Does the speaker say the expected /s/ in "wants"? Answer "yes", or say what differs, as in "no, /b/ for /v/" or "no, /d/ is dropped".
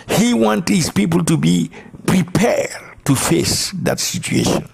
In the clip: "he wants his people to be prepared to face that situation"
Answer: no, /s/ is dropped